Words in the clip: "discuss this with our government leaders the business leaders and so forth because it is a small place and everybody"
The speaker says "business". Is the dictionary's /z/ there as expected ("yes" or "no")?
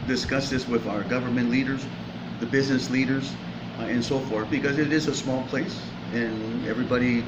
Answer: yes